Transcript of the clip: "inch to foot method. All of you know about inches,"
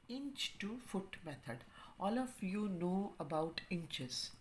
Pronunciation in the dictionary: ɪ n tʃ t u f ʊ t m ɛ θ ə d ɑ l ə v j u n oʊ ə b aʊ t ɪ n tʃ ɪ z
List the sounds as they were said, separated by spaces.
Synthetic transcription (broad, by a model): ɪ n tʃ t u f ʊ t m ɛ t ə d ɑ l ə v j u n oʊ ə b aʊ t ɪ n tʃ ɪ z